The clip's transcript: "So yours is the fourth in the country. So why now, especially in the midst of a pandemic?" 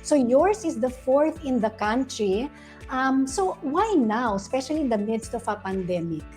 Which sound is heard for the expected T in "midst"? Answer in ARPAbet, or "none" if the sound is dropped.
T